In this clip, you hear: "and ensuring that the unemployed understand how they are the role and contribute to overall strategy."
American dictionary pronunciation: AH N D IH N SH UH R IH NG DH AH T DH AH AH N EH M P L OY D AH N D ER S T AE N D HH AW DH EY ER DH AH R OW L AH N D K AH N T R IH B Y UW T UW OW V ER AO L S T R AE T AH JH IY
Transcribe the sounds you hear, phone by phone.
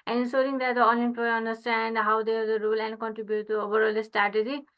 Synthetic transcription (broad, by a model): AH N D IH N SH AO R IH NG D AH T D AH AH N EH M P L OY AH N D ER S T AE N D HH AW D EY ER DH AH R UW L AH N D K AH N T R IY B Y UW T UW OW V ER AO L S T R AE T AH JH IY